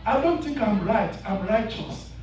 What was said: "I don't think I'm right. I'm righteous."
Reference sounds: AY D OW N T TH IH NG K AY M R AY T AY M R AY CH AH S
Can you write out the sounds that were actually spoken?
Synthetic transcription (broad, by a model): AY D OW N T TH IH NG K AY M R AY T AY M R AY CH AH S